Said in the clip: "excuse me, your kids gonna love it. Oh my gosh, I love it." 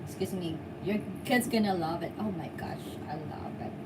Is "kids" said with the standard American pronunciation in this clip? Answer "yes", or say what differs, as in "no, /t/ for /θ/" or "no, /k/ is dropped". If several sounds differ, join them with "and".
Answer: yes